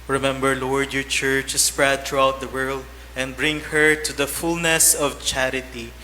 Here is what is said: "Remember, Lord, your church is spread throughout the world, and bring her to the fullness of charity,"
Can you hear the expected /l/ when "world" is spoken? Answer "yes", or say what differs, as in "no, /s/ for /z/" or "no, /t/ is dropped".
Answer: yes